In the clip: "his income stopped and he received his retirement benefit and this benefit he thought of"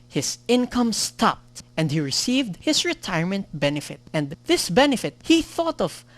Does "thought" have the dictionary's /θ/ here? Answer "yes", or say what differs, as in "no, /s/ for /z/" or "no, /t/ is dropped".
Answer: yes